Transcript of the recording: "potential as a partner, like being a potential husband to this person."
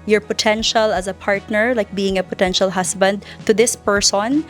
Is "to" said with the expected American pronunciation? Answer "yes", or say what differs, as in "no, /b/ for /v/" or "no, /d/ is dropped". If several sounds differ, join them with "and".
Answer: yes